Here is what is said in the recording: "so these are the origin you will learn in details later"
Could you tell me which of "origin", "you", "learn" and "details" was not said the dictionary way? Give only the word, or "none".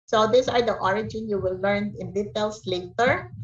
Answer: details